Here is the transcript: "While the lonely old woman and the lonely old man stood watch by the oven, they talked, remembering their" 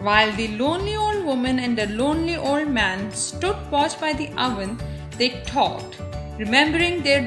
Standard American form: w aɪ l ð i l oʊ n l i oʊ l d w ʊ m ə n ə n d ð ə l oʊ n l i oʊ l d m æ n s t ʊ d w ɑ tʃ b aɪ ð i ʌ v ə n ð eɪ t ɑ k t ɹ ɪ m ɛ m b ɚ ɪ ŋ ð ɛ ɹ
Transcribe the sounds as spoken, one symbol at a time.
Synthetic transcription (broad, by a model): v aɪ l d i l oʊ n l i oʊ l d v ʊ m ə n ə n d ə l oʊ n l i oʊ l d m æ n s t ʊ d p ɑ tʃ b aɪ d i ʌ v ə n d eɪ t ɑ t ɹ ɪ m ɛ m b ɚ ɪ ŋ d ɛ ɹ